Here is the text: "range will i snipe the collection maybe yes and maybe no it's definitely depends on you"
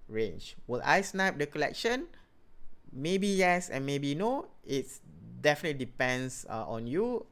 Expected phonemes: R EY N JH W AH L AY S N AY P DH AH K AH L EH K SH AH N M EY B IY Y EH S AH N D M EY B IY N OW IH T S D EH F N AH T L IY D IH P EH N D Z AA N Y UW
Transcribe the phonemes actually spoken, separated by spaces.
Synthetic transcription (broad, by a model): R EY N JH W AH L AY S N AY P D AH K AH L EH K SH AH N M EY B IY Y EH S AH N M EY B IY N OW IH T S D EH F N AH T L IY D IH P EH N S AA AA N Y UW